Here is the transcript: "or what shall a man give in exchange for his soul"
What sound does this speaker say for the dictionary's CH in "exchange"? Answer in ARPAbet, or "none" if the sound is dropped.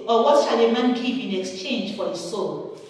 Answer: CH